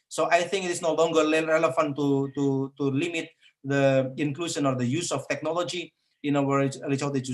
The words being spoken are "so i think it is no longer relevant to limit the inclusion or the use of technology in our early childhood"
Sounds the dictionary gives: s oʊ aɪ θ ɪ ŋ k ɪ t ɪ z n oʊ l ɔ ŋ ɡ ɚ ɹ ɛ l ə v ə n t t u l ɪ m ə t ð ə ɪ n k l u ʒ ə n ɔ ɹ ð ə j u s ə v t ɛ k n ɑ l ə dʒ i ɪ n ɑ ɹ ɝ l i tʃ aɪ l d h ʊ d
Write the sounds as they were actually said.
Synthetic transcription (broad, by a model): s oʊ aɪ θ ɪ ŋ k ɪ t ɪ s n oʊ l ɔ ŋ ɡ ɚ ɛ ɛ l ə f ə n t t u l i m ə t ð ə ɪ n k l u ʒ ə n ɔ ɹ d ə j u s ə f t ɛ k n ɑ l ə dʒ i ɪ n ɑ w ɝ i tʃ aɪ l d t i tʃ